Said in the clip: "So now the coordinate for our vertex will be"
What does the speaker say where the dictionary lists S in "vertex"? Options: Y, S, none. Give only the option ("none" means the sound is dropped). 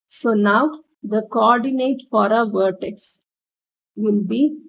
S